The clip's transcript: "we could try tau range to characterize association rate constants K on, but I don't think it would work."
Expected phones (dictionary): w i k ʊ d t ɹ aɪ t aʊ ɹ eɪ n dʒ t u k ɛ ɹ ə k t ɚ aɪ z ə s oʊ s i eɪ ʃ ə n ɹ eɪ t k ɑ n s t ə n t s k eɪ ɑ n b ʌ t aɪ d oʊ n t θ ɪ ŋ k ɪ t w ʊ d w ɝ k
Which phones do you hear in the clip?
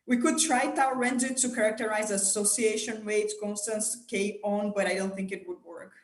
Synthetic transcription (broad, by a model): w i k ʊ d t ɹ aɪ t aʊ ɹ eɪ n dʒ t u k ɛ ɹ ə k t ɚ aɪ z ə s oʊ s i eɪ ʃ ə n w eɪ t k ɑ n s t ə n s k eɪ ɑ n b ʌ t aɪ d oʊ n t θ ɪ ŋ k ɪ t w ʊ d w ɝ k